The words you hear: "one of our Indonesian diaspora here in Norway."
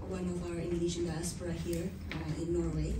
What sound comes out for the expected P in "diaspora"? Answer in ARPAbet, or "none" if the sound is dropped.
F